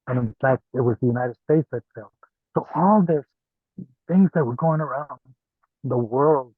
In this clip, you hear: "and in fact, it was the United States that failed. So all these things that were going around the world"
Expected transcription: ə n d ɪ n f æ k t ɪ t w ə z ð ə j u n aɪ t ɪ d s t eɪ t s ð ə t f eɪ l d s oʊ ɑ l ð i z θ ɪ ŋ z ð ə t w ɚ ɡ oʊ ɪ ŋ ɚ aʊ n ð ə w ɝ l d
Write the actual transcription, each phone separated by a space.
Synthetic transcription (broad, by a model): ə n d ɪ n f æ k t ɪ t w ə z ð ə j u n aɪ t ɪ d s t eɪ t s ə t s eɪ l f s oʊ ɑ l ð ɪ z θ ɪ ŋ z ð ə t w ɚ ɡ oʊ ɪ ŋ ɚ aʊ n ð ə w ɝ l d